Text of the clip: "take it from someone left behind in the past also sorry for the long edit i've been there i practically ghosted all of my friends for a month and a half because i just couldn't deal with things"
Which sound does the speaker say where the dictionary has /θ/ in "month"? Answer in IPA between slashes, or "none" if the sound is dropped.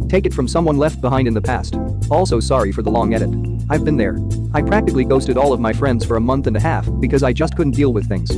/θ/